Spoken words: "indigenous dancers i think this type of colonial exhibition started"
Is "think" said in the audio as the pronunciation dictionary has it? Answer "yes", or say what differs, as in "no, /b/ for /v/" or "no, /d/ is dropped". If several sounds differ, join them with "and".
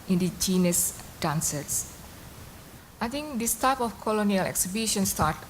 no, /t/ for /θ/